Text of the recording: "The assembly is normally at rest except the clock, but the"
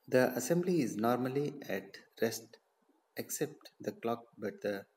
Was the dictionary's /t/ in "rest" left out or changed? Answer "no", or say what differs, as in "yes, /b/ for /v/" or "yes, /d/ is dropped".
no